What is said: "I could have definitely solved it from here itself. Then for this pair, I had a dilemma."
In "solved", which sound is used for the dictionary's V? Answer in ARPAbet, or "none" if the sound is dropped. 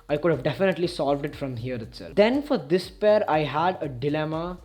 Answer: V